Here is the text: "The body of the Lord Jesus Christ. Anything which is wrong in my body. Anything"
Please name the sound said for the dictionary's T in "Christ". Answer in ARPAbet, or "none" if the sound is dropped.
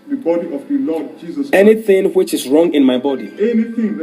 none